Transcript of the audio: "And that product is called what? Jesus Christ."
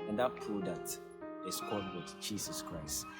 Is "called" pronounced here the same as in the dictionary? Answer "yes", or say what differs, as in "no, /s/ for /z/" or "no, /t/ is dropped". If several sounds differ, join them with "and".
no, /l/ is dropped